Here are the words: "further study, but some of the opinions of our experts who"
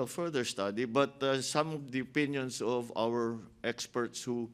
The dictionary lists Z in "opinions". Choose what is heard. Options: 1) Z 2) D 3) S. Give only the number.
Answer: 3